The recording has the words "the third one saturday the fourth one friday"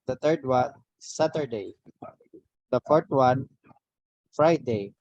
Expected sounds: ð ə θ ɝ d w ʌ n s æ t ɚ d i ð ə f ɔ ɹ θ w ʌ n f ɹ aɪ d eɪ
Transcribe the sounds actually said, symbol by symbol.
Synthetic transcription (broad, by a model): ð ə t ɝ d w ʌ n s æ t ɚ d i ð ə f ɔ ɹ t w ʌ n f ɹ aɪ d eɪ